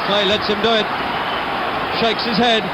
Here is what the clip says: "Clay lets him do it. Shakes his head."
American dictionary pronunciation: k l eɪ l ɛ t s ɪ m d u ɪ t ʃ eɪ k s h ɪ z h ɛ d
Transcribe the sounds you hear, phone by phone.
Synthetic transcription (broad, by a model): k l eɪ l ɛ t s ɪ m d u ɪ t ʃ eɪ k s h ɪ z h ɛ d